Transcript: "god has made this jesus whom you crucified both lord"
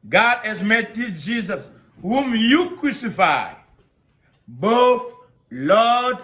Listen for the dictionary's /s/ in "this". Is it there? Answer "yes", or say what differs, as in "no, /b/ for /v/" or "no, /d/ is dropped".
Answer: no, /s/ is dropped